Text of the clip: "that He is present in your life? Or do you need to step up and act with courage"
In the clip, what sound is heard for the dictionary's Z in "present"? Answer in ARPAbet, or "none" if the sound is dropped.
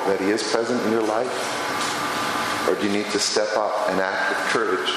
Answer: Z